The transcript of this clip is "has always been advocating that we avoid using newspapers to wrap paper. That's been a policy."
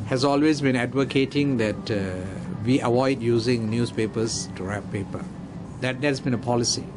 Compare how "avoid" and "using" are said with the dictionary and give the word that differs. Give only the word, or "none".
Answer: avoid